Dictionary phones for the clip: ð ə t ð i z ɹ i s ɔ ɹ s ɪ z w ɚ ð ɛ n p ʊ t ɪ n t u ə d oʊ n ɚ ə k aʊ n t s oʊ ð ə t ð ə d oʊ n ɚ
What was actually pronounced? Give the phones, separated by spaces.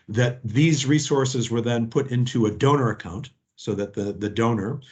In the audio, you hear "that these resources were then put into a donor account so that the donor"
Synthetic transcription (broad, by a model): ð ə t ð i z ɹ i s ɔ ɹ s ɪ z w ɚ ð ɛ n p ʊ t ɪ n t u ə d oʊ n ɚ ə k aʊ n t s oʊ ð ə t ð ə d oʊ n ɚ